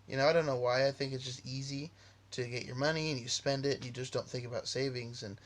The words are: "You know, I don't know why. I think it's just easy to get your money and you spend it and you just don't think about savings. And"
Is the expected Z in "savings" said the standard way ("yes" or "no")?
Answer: yes